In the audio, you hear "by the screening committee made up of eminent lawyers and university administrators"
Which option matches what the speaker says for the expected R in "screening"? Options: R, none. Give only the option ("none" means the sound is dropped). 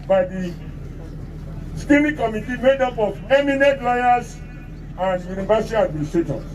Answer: none